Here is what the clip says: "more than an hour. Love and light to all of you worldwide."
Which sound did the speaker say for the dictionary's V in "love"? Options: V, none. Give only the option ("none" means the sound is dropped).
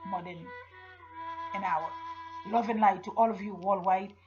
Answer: V